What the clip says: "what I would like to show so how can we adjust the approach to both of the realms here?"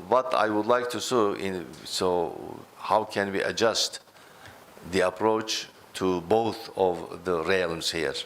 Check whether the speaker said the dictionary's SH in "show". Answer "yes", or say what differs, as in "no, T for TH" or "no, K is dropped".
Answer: no, S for SH